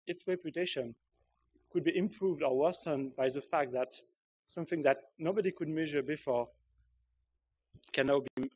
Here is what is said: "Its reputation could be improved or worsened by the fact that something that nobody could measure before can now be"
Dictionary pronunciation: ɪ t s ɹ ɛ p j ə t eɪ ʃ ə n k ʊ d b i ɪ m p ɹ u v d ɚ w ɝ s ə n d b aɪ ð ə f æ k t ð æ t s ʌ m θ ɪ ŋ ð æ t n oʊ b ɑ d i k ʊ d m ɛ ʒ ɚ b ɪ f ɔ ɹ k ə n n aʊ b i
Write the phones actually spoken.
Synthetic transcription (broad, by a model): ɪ t s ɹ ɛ p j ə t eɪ ʃ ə n k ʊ d b i ɪ m p ɹ u v d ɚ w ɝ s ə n b aɪ ð ə f æ k t ð æ t s ʌ m θ ɪ ŋ ð æ t n oʊ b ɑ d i k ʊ d m ɛ ʒ ɚ b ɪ f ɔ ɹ k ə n n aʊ b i